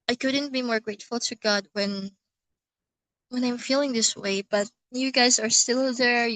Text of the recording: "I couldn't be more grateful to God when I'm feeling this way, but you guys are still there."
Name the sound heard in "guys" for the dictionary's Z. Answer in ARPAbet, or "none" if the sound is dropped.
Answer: Z